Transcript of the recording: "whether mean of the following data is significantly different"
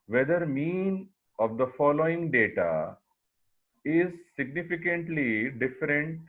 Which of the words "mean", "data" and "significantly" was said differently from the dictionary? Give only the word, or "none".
none